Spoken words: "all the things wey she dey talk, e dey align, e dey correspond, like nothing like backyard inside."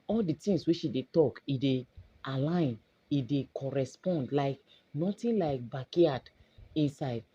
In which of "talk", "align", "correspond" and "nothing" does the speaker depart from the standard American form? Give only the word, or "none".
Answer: nothing